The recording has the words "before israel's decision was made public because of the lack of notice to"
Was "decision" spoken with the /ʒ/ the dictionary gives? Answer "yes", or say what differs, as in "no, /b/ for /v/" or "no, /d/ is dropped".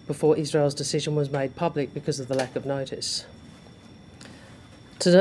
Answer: yes